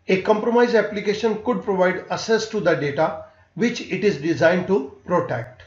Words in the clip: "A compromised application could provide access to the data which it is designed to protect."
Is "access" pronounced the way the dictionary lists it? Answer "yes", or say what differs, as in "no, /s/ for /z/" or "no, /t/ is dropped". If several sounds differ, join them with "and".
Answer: no, /k/ is dropped